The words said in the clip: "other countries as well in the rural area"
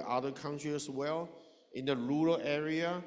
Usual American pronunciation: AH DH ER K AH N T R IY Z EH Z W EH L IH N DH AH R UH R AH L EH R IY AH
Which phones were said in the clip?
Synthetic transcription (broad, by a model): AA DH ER K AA N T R IY EH S W EH L IH N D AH R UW R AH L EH R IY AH